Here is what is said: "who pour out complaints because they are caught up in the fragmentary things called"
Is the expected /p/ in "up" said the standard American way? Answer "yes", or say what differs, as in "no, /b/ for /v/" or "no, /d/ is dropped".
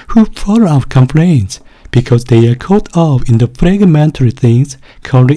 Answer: no, /f/ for /p/